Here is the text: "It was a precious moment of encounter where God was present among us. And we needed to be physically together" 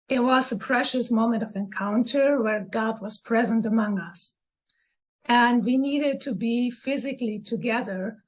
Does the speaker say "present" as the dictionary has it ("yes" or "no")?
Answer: yes